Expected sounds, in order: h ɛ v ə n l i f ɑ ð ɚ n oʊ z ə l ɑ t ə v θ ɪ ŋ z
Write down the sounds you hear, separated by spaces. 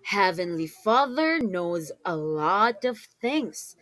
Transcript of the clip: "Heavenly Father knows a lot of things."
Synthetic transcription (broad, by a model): h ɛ v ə n l i f ɑ ð ɚ n oʊ z ə l ɑ t ə v θ ɪ ŋ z